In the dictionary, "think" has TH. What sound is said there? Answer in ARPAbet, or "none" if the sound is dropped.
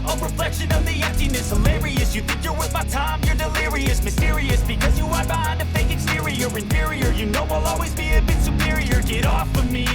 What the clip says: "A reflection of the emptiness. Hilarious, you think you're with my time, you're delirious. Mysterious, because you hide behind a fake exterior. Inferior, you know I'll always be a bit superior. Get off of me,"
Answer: TH